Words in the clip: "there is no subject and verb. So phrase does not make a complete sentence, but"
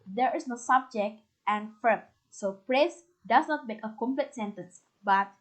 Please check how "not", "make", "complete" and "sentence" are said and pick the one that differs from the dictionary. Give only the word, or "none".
none